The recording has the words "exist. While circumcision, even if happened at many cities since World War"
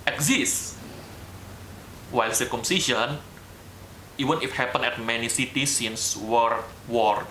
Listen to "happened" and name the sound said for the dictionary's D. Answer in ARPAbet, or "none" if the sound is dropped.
none